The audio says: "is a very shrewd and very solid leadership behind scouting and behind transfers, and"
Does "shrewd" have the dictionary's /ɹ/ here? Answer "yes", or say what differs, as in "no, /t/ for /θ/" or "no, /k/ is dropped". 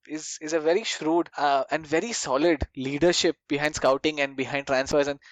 yes